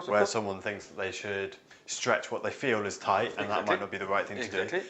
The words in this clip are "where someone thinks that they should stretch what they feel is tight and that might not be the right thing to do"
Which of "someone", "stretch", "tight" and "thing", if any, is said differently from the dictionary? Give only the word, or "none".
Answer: none